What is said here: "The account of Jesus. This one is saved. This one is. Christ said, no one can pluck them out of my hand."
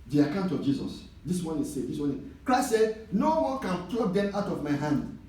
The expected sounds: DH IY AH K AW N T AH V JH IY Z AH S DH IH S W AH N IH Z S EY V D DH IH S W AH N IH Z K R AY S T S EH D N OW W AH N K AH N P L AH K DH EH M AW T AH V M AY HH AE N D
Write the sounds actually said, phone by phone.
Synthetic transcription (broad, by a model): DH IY AH K AW N T AH V JH IY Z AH S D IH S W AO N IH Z S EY D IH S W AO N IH K R AY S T S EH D N OW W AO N K AH N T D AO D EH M AW T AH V M AY HH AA N D